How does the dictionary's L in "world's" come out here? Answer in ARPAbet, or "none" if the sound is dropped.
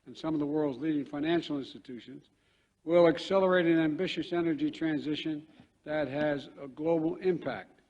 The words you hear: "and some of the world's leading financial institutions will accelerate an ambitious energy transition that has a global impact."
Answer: L